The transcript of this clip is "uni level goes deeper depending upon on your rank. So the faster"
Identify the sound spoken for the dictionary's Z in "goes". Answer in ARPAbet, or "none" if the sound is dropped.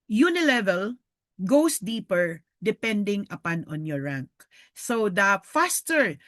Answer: S